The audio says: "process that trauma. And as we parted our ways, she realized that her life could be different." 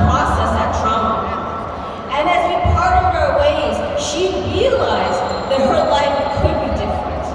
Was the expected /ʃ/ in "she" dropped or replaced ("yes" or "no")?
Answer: no